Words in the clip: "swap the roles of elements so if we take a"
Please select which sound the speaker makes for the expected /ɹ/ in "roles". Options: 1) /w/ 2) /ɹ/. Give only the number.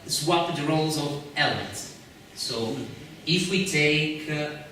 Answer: 2